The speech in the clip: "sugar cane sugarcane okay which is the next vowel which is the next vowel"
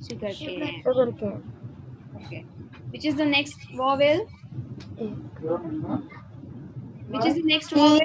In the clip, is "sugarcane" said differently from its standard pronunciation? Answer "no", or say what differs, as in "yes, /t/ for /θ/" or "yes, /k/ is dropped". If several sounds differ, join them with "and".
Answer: yes, /n/ is dropped